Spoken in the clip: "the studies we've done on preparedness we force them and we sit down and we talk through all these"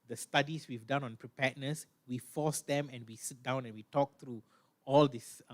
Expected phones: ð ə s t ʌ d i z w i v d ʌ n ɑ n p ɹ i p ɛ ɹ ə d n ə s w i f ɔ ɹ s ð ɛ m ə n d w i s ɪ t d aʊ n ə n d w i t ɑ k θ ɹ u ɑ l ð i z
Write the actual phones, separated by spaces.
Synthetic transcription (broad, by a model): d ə s t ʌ d i s w i v d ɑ n ɑ n p ɹ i p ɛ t n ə s w i f ɔ s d ɛ m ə n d w i s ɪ t d aʊ n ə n w i t ɑ k t ɹ u ɑ l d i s